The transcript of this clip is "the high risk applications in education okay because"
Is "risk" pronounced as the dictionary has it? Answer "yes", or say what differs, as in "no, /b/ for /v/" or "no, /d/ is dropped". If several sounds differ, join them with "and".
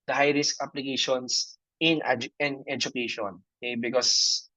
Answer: yes